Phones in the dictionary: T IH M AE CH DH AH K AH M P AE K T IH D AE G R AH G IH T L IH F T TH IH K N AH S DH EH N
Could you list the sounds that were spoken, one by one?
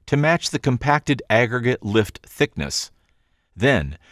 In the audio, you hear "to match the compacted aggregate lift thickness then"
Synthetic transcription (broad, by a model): T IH M AE CH DH AH K AH M P AE K T IH D AE G R AH G IH T L IH F T TH IH K N AH S DH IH N